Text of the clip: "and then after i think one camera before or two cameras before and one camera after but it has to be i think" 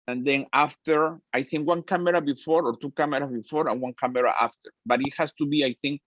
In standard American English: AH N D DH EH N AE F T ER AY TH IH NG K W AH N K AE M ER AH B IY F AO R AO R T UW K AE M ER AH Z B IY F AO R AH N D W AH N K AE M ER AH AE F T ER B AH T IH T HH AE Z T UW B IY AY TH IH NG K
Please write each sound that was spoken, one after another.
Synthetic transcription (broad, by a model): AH N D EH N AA F T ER AY TH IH NG K W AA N K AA M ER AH B IY F AO R AO R T UW K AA M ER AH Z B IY F AO R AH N W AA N K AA M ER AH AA F T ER B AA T IH T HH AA S T UW B IY AY TH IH NG K